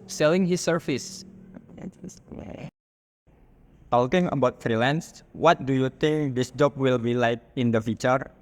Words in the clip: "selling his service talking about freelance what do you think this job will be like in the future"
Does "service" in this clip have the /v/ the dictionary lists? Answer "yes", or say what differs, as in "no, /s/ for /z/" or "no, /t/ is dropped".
no, /f/ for /v/